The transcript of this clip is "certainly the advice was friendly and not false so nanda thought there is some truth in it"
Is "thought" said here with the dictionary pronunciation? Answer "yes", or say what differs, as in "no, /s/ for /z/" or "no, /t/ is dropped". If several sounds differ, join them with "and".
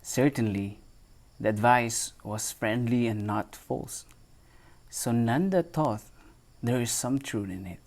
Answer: no, /t/ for /θ/